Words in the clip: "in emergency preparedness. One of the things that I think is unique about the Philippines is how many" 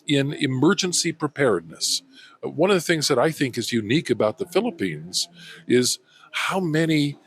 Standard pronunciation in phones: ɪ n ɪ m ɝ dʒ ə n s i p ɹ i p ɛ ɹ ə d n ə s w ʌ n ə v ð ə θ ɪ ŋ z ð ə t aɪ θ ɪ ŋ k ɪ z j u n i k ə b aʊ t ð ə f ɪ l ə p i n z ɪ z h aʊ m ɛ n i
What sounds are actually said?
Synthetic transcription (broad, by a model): ɪ n ɪ m ɝ dʒ ə n s i p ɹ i p ɛ ɹ d n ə s w ʌ n ə v ð ə θ ɪ ŋ z ð ə t aɪ θ ɪ ŋ k ɪ z j u n i k ə b aʊ t ð ə f ɪ l ə p i n z ɪ z h aʊ m ɛ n i